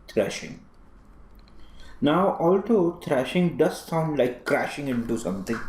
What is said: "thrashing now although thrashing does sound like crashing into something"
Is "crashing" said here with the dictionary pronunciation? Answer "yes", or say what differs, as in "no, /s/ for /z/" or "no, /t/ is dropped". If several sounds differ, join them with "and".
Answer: yes